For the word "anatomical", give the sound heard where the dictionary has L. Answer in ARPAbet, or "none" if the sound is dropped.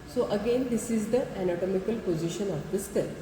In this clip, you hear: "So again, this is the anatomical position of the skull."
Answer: L